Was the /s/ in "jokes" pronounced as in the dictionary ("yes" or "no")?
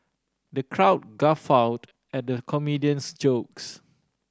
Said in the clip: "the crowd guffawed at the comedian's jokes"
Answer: yes